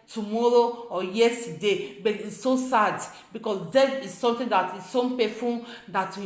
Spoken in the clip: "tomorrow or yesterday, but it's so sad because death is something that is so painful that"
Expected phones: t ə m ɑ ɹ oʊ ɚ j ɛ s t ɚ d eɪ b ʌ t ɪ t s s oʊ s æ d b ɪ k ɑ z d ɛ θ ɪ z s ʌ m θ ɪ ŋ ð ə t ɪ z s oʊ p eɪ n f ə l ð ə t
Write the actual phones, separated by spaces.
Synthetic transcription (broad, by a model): t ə m ɑ ɹ oʊ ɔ j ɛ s t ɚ d eɪ b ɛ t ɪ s s oʊ s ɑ d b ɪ k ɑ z d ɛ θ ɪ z s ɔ m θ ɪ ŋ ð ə t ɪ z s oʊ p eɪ f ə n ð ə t